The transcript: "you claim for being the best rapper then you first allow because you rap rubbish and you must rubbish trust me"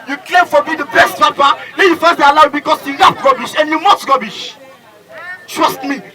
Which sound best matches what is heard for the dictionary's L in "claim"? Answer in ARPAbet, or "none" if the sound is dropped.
L